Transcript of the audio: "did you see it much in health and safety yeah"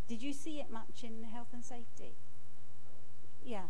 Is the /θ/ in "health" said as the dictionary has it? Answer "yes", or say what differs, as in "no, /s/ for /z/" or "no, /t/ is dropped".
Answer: yes